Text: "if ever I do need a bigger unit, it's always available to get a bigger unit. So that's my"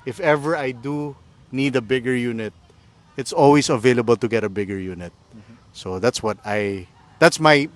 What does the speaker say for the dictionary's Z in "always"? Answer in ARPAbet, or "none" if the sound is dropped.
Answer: S